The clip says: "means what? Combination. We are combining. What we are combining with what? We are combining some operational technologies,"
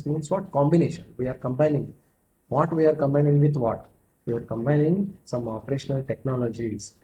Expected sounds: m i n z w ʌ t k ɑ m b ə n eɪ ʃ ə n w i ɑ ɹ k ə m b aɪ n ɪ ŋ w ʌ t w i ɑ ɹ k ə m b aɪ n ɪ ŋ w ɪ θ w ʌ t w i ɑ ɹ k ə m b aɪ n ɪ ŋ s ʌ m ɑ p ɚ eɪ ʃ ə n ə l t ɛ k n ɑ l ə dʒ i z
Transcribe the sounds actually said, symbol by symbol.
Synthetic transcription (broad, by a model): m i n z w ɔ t k ɑ m b ə n eɪ ʃ ə n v i ɑ ɹ k ə m b aɪ n ɪ ŋ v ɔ t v i ɑ ɹ k ə m b aɪ n ɪ ŋ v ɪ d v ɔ t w i ɑ ɹ k ə m b aɪ n ɪ ŋ s ʌ m ɑ p ɚ eɪ ʃ ə n ə l t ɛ k n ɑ l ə dʒ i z